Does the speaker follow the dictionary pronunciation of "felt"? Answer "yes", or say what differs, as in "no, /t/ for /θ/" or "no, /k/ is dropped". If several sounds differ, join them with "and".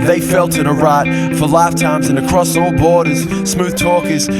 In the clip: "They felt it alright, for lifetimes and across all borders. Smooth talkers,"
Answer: yes